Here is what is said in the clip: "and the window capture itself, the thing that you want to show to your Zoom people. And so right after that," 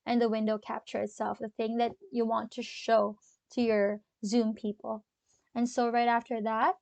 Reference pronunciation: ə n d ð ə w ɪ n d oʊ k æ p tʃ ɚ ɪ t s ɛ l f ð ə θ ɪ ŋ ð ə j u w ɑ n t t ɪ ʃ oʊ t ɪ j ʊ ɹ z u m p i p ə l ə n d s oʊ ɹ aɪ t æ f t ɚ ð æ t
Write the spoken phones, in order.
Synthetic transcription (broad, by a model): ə n ð ə w ɪ n d oʊ k æ p tʃ ɚ ɪ t s ɛ l f ð ə θ ɪ ŋ ð ə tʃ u w ɑ n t t ɪ ʃ oʊ t ɪ j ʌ ɹ z u m p i p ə l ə n s oʊ ɹ aɪ t æ f t ɚ ð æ t